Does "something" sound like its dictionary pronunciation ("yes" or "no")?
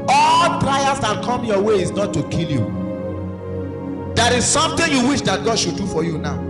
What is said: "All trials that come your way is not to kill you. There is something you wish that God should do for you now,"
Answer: no